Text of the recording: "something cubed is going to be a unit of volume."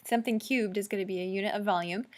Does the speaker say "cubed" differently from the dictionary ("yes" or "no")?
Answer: no